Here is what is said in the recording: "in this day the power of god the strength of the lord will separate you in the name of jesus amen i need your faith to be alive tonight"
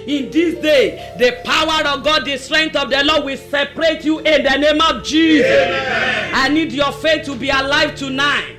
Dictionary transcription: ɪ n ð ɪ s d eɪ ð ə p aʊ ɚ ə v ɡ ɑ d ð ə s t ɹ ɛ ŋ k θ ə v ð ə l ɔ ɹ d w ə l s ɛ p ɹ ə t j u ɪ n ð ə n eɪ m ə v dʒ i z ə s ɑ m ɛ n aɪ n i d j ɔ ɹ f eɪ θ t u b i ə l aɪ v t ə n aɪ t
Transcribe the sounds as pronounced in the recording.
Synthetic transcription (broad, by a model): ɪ n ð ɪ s d eɪ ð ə p aʊ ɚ ə v ɡ ɑ d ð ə s t ɹ ɛ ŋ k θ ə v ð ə l ɔ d w ə l s ɛ p ɹ ə t j u ɪ n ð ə n eɪ m ə v dʒ i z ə s ɑ ɪ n n i d j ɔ f eɪ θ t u b i ə l aɪ v t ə n aɪ t